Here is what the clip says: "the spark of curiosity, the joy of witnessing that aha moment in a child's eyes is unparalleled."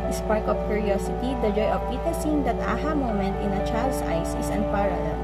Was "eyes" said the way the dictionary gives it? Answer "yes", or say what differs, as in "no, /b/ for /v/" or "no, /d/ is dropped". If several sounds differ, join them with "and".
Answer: no, /s/ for /z/